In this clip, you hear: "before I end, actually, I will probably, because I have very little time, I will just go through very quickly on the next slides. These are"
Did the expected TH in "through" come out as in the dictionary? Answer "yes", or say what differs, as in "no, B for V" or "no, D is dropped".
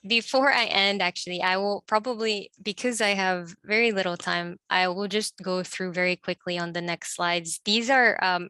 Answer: yes